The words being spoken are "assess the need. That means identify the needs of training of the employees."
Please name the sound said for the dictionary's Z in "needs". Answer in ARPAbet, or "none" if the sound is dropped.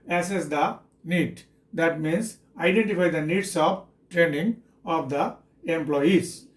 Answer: S